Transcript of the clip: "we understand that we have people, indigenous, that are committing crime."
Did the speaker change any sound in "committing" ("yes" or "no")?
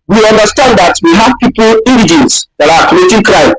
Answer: yes